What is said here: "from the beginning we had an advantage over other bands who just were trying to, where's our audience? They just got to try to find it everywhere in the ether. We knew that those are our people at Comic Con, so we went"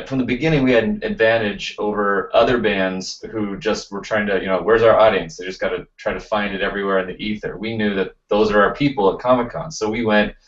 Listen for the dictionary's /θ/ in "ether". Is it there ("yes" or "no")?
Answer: yes